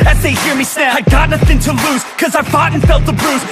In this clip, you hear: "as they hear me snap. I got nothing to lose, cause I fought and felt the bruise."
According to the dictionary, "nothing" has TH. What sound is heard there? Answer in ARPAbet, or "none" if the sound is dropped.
TH